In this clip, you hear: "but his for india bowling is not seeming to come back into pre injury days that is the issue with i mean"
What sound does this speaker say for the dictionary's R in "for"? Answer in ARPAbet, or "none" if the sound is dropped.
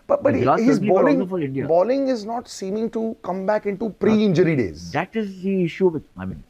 L